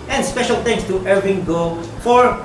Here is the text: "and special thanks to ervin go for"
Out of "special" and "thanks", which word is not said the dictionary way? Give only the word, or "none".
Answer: thanks